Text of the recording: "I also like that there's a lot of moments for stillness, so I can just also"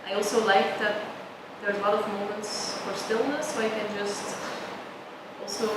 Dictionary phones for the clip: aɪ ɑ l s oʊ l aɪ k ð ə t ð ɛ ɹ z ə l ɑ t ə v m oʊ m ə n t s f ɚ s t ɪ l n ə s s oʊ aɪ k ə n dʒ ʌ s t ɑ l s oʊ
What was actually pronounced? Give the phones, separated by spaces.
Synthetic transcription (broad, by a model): aɪ ɑ l s oʊ l aɪ k ð ə t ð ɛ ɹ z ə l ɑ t ə v m oʊ m ə n t s f ɚ s t ɪ l n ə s s oʊ aɪ k ə n dʒ ʌ s t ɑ l s oʊ